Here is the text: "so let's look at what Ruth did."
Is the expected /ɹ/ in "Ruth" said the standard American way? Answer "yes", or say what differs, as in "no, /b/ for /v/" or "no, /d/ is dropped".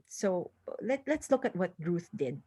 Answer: yes